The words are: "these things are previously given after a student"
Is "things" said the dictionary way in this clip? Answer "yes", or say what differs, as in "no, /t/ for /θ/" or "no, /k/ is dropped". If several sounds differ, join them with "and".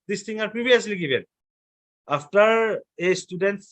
no, /z/ is dropped